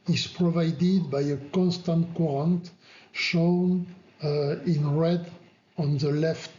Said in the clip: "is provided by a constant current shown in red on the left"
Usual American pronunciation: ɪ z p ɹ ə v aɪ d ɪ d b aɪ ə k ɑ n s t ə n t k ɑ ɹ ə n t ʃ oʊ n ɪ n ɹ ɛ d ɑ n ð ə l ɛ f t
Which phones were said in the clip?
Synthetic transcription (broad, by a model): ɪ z p ɹ ə v aɪ d ɪ d b aɪ ə k ɑ n s t ə n t k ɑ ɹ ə n t ʃ oʊ n ɪ n ɹ ɛ d ɑ n ð ə l ɛ f t